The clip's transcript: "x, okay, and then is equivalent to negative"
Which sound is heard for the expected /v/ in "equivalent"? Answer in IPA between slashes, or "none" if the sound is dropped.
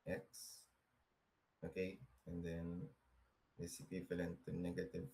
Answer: /f/